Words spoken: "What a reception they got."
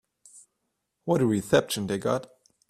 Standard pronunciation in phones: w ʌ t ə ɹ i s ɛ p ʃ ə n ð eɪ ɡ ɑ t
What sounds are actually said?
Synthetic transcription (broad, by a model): w ʌ t ə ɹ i θ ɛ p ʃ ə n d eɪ ɡ ɑ t